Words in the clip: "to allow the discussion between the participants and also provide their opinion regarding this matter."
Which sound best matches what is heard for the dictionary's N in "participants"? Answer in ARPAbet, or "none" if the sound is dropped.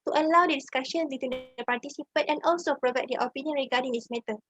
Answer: none